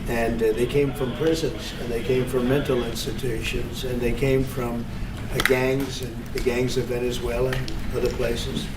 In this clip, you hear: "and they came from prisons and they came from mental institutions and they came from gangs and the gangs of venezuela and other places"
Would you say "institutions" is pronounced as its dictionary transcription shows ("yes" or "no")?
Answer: yes